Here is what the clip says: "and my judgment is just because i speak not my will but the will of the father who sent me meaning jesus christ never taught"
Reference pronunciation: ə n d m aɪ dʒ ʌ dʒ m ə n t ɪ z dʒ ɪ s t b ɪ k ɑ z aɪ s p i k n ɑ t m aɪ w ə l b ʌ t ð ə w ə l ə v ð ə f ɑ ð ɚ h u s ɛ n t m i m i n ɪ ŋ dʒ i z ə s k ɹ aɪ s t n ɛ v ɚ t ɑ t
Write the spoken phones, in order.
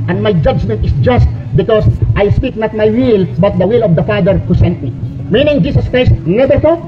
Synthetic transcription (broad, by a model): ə n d m aɪ dʒ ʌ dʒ m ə n t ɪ s dʒ ɪ s t b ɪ k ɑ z aɪ s p i k n ɑ t m aɪ w ə l b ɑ t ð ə w ə l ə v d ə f ɑ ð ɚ h u s ɛ n t m i m i n ɪ ŋ dʒ i s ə s k ɹ aɪ s t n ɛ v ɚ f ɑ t